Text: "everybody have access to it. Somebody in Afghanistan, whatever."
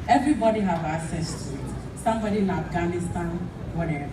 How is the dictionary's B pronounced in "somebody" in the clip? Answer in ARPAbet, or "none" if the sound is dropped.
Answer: B